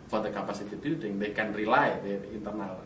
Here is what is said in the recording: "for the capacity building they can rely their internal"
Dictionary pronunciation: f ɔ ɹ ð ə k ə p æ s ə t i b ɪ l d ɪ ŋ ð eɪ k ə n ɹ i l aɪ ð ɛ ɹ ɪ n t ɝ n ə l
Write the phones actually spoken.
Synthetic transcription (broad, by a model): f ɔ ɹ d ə k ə p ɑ s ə t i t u d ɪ ŋ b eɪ k ə n ɹ i l aɪ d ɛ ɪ n t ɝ n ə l